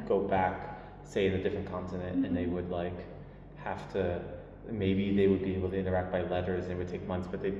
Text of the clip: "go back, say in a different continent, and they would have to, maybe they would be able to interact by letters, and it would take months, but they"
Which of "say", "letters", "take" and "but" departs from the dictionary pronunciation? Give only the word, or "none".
none